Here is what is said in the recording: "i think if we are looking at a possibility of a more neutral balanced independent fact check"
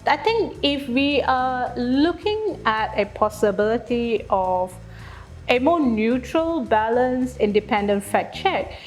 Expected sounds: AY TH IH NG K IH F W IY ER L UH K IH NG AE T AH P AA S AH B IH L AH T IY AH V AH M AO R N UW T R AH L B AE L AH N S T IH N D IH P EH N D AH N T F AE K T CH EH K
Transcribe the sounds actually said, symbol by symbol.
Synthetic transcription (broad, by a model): AY T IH NG K IH F W IY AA L UH K IH NG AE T AH P AA S AH B IH L AH T IY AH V AH M AO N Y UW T R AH L B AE L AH N S IH N D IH P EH N D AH N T F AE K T CH EH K